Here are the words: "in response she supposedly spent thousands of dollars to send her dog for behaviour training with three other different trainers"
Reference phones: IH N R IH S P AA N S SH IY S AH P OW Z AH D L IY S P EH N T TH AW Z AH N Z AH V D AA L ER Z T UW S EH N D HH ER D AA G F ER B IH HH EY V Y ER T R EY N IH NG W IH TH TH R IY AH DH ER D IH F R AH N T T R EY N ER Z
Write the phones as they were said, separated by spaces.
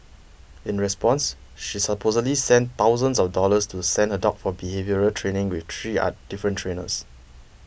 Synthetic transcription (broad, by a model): IH N R IH S P AA N S SH IY S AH P OW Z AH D L IY S EH N T AW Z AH N S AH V D AA L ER S T UW S EH N D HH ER D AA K F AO B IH HH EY V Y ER T R EY N IH NG W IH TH T R IY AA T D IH F R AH N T T R EY N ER S